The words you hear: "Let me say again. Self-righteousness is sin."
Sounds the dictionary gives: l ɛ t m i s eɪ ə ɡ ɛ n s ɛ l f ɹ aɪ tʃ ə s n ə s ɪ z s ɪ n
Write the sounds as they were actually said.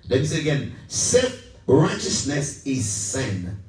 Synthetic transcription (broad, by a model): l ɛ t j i s eɪ ə ɡ ɛ n s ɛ f ɹ aɪ tʃ ə s n ə s ɪ z s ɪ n